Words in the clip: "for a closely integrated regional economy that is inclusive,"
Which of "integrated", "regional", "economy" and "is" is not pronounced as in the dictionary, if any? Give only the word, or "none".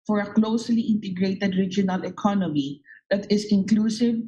is